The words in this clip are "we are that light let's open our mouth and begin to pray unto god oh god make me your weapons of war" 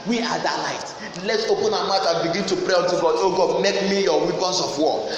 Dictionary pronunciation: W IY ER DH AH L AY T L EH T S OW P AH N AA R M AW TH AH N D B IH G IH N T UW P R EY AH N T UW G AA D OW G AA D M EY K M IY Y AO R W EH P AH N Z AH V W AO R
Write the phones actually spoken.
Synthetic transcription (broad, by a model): W IY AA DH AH L AY T L EH T S OW P AH N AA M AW T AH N B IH G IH N T UW P R EY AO N T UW G AA D OW G AA D M EY K M IY Y AO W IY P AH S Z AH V W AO